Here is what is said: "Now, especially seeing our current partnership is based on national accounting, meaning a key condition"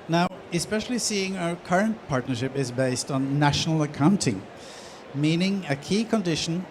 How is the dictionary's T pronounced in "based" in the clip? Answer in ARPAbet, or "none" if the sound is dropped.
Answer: T